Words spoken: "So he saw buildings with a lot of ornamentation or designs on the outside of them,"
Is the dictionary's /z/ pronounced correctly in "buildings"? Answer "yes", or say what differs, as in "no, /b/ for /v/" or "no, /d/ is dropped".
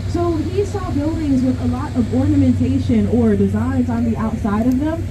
yes